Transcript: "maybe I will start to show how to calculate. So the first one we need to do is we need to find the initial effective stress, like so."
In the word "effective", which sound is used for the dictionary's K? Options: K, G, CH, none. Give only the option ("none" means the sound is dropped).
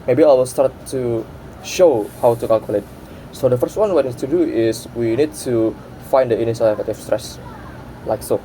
none